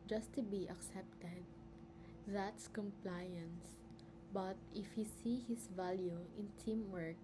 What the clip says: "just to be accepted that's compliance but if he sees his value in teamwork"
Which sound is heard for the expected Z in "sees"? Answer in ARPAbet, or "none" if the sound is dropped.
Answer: none